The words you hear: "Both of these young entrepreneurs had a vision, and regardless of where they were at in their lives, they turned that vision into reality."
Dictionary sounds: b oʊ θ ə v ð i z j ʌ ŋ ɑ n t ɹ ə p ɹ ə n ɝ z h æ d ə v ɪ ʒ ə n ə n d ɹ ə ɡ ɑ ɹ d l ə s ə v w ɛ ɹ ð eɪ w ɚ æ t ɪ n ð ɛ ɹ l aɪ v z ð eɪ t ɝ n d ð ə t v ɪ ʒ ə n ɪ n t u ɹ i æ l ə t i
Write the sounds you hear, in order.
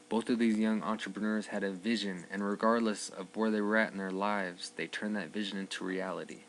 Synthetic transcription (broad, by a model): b oʊ θ ə v ð i z j ʌ ŋ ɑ n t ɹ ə p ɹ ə n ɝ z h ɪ d ə v ɪ ʒ ə n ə n ɹ ə ɡ ɑ ɹ d l ə s ə v w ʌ ɹ ð eɪ w ɚ æ t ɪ n ð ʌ ɹ l aɪ v z ð eɪ t ɝ n ð ə t v ɪ ʒ ə n ɪ n t u ɹ i æ l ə t i